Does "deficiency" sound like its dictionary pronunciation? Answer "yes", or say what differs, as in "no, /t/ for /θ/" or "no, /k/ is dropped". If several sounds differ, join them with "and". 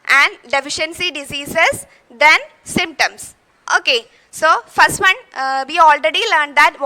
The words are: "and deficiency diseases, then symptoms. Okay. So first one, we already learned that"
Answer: yes